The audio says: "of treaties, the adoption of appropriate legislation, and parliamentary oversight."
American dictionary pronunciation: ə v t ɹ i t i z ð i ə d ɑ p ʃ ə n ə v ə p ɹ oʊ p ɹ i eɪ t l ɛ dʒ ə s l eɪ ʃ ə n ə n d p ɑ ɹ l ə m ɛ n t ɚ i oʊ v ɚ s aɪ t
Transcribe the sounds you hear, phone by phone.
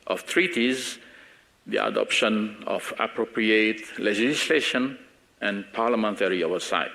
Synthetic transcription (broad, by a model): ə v t ɹ i t i z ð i ə d ɑ p ʃ ə n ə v ə p ɹ oʊ p ɹ i eɪ t l ɛ dʒ ə s l eɪ ʃ ə n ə n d p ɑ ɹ l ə m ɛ n t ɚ i oʊ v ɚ s aɪ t